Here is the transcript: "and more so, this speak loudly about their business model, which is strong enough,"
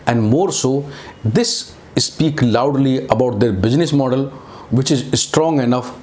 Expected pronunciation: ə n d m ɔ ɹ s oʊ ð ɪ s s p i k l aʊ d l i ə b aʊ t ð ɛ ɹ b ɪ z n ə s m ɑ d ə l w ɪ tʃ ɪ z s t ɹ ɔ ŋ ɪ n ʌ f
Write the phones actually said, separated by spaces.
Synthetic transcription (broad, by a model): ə n d m ɔ ɹ s oʊ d ɪ s s p i k l aʊ d l i ə b aʊ t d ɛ ɹ b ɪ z n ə s m ɑ d ə l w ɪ tʃ ɪ z s t ɹ ɔ ŋ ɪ n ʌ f